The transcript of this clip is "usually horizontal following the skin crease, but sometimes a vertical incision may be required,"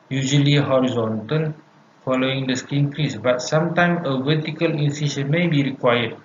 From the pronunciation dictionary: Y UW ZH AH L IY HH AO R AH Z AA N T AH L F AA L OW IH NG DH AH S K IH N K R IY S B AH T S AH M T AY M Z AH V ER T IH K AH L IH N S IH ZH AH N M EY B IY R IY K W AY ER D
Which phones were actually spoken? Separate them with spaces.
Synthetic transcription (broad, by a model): Y UW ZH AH L IY HH AO R AH Z AA N T AH L F AA L OW IH NG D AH S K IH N K R IY S B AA T S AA M T AY M AH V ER T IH K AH L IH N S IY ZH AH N M EY B IY R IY K W AY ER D